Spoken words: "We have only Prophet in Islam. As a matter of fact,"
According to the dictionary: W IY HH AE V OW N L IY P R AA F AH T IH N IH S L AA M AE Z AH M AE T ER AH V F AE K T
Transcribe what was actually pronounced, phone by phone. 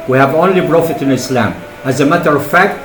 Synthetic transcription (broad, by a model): W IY HH AE V OW N L IY B R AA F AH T IH N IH S L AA M AE Z AH M AE T ER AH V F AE K T